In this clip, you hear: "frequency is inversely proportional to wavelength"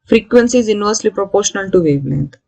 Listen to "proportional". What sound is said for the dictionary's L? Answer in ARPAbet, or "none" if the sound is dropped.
L